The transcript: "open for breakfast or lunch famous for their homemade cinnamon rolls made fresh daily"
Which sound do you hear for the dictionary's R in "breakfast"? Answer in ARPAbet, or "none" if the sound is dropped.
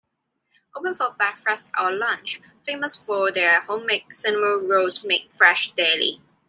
none